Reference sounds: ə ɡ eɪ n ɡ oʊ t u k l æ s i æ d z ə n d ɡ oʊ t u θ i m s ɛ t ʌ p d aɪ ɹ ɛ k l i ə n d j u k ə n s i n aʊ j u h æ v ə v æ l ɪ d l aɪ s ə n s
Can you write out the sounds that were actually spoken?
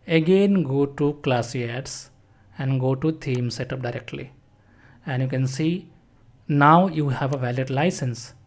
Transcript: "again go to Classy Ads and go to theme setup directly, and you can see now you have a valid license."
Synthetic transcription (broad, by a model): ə ɡ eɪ n ɡ oʊ t u k l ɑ s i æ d s ə n d ɡ oʊ t u t i m s ɛ t ʌ p d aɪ ɹ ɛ k l i ə n d j u k ə n s i n aʊ j u h æ v ə v æ l ɪ d l aɪ s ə n s